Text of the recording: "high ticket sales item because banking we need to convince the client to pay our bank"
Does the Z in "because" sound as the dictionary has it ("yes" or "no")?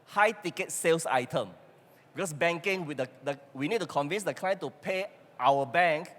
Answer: no